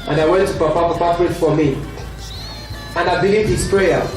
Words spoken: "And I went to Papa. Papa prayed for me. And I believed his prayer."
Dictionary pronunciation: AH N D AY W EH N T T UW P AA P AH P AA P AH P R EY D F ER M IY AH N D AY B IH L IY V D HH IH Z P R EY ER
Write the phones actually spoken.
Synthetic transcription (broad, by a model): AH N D AY W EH N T T UW P AA P AH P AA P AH F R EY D F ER M IY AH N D AY B IH L IY V D HH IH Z P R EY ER